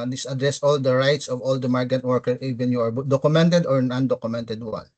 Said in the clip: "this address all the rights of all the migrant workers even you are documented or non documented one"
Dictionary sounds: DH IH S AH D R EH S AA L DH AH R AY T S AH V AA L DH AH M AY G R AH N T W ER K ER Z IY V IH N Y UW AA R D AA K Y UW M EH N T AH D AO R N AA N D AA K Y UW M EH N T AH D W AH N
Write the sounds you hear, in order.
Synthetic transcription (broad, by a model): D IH S AH D R EH S AA L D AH R AY T S AH V AA L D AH M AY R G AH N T W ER K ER IY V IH N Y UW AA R D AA K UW M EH N T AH D AO R N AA N D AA K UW M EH N T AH D W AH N